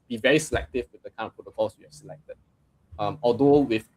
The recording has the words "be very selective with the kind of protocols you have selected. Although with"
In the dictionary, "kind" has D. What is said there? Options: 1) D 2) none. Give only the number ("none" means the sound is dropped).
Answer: 2